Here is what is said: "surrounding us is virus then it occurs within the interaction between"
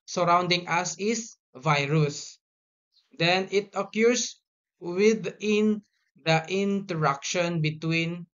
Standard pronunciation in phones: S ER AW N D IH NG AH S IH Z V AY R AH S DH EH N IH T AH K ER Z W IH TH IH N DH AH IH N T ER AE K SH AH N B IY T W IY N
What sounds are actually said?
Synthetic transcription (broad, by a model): S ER AW N D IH NG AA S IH S V AY R AH S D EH N IH T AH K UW S W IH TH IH N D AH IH N T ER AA K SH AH N B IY T W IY N